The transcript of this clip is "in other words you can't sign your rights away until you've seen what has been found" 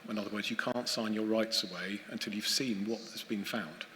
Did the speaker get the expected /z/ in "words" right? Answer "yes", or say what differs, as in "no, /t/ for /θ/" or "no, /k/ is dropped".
yes